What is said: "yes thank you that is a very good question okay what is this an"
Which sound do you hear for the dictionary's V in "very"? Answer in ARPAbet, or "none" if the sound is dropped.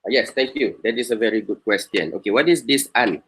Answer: V